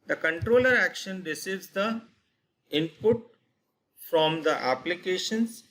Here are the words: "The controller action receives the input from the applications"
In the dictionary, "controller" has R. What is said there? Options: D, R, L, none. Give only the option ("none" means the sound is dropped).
R